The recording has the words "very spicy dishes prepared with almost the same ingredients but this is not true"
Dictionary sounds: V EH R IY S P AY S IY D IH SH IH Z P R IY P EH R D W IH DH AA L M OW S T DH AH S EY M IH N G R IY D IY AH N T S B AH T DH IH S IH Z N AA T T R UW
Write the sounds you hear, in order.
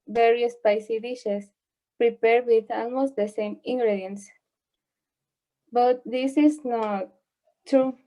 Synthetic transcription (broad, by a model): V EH R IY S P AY S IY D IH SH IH S P R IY P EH R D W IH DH AA L M OW S T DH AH S EY M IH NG G R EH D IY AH N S B AH T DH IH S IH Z N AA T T R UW